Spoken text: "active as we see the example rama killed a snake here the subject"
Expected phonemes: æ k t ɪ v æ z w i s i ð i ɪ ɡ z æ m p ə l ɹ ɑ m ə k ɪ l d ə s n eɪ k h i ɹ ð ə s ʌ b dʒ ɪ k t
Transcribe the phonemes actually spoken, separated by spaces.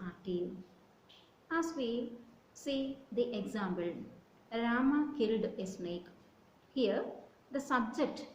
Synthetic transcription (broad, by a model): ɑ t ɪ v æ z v i s i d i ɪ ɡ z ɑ m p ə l ɹ ɑ m ə k ɪ l d ə s n eɪ k h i ɹ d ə s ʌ b dʒ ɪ k t